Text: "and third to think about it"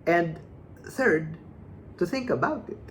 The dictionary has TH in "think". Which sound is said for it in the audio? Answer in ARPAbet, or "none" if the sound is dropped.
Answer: TH